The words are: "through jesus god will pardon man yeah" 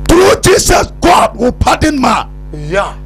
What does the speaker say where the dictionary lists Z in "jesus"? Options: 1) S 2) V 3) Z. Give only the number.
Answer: 1